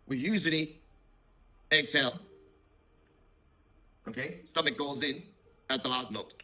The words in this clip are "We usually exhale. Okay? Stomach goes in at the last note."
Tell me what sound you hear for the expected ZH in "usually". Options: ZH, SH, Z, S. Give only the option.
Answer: Z